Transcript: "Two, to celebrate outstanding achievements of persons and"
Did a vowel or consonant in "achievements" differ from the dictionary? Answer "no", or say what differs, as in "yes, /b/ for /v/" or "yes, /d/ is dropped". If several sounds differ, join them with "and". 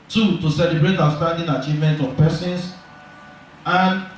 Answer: yes, /s/ is dropped